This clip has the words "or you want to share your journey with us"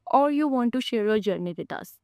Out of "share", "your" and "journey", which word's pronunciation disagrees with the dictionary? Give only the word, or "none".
none